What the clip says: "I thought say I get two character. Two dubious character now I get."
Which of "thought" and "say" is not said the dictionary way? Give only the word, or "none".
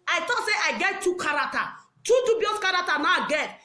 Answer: thought